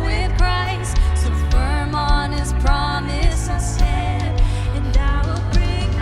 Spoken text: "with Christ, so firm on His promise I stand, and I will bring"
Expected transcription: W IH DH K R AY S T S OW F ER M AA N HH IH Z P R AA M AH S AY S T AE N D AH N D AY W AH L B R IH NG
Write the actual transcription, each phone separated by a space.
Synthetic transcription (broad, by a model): W IH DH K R AY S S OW F ER M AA N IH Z P R AA M AH S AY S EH D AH N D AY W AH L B R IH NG